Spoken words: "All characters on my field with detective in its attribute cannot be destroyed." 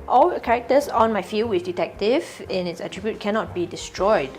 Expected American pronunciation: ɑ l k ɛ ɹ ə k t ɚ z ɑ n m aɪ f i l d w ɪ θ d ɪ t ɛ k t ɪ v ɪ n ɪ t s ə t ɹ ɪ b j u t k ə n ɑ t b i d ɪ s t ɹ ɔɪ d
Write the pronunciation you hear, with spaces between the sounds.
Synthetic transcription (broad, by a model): ɑ l k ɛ ɹ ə k t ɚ s ɑ n m aɪ f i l w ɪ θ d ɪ t ɛ k t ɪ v ɪ n ɪ t s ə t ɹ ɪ b j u t k ə n ɑ t b i d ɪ s t ɹ ɔɪ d